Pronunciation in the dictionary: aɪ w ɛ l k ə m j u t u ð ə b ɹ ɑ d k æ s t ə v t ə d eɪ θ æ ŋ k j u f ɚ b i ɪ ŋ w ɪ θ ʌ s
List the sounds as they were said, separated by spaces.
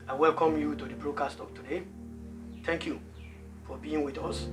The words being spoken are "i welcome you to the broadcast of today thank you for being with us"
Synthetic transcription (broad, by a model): aɪ w ɛ l k ə m j u t u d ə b ɹ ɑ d k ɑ s t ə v t ə d eɪ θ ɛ ŋ k j u f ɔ b i ɪ ŋ w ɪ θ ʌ s